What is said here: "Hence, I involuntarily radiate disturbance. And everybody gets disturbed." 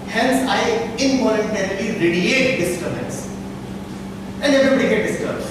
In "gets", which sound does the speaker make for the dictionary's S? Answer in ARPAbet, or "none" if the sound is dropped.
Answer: none